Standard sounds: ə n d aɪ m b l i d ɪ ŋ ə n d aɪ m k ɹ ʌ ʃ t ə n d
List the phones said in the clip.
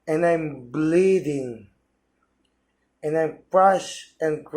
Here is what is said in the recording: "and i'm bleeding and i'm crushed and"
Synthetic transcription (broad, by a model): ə n aɪ m b l i d ɪ ŋ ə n aɪ m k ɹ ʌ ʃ ə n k